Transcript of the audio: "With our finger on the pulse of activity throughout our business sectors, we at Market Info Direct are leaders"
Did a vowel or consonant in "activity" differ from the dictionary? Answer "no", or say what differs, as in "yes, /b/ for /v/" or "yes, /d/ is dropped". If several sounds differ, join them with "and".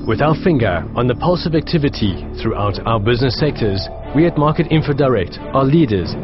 no